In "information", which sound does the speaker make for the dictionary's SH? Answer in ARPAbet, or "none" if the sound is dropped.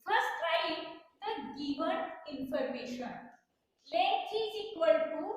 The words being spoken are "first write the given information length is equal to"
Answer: SH